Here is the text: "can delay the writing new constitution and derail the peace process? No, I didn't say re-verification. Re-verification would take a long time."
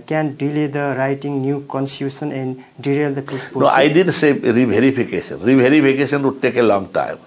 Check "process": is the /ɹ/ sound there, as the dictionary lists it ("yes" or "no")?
no